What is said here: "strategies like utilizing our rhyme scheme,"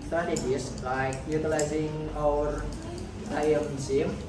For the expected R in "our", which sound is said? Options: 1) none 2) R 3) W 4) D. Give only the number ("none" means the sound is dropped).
3